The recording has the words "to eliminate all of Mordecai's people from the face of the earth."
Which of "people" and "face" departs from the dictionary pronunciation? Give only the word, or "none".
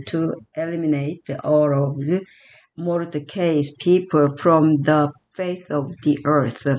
face